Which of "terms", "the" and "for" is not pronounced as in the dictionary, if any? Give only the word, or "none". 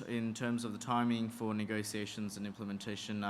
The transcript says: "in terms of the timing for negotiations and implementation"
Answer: none